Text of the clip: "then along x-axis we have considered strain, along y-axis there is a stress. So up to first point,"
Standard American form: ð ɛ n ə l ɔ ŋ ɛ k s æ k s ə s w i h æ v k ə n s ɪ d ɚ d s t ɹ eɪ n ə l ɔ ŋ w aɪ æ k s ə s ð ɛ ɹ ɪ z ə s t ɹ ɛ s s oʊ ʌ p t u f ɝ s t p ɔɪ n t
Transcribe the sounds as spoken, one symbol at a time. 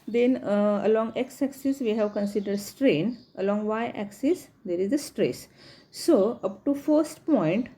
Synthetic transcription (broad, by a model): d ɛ n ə l ɔ ŋ ɛ k s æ k s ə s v i h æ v k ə n s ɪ d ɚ d s t ɹ eɪ n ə l ɔ ŋ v aɪ æ k s ə s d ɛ ɹ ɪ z ə s t ɹ ɛ s s oʊ ʌ p t u f ɝ s t p ɔɪ n t